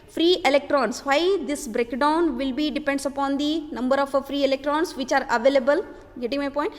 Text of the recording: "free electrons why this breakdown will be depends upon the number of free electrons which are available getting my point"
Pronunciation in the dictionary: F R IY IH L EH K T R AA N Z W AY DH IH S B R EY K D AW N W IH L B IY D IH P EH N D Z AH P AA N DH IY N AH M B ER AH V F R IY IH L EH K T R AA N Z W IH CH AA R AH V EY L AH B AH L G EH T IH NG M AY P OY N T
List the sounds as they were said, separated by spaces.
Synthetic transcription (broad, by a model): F R IY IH L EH K T R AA N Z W AY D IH S B R EY K D AW N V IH L B IY D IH P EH N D S AH P AA N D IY N AH M B ER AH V F R IY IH L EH K T R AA N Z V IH CH AA R AH V EY L AH B AH L G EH T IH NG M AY P OY N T